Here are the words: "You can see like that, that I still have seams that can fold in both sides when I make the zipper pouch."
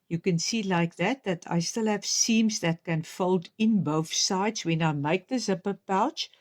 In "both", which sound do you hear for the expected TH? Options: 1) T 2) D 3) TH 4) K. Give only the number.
3